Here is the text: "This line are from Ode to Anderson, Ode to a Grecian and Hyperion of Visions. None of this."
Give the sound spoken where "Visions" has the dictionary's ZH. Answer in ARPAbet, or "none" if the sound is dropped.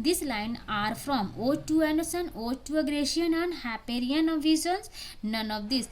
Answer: Z